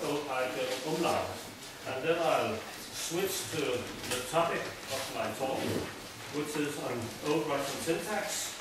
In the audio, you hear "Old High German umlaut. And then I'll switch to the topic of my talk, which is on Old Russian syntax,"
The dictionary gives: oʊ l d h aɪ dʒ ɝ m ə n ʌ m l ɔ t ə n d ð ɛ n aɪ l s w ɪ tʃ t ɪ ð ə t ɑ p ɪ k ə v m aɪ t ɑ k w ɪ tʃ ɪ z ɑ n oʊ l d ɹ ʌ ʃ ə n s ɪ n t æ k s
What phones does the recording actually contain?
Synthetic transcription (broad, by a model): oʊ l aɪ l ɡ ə ʌ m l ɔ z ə n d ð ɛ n aɪ l s w ɪ tʃ t ɪ ð ə t ɑ p ɪ k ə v m aɪ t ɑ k w ɪ tʃ ɪ z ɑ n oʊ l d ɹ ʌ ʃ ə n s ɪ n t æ k s